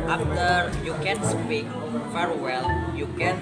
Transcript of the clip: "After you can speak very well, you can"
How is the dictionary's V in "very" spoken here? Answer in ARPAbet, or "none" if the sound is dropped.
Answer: F